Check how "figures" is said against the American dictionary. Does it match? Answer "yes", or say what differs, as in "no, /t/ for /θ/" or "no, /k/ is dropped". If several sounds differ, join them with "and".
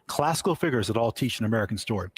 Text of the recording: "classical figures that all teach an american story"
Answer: yes